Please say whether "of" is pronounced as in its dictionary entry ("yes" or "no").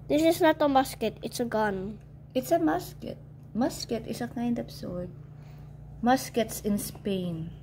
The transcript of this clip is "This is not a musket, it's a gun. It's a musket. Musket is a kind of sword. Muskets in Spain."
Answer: no